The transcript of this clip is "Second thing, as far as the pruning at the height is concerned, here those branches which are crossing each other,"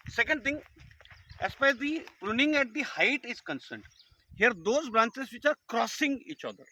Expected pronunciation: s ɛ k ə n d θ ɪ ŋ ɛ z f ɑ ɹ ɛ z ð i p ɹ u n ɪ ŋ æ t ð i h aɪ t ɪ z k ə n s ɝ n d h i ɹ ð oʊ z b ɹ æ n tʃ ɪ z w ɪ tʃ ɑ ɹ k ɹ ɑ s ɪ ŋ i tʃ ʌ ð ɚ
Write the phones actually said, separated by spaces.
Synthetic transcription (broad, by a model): s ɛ k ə n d t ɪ ŋ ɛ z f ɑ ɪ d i p ɹ u n ɪ ŋ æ t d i h aɪ t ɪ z k ə n s ɝ n d h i ɹ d oʊ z b ɹ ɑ n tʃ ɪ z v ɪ tʃ ɑ ɹ k ɹ ɑ s ɪ ŋ i tʃ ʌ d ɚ